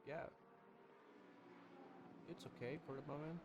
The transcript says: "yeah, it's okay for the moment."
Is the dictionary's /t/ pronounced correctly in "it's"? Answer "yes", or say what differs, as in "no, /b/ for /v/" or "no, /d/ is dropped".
yes